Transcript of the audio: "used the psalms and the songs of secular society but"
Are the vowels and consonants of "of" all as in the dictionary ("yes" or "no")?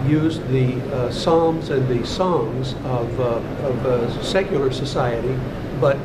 yes